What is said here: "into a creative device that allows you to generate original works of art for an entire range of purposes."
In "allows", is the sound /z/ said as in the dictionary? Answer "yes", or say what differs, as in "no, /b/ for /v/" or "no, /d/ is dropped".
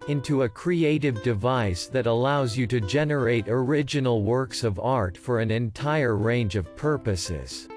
yes